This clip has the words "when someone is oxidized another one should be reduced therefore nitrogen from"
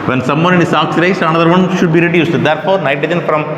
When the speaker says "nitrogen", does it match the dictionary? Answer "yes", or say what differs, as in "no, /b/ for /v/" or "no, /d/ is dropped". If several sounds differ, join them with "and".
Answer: no, /ɹ/ is dropped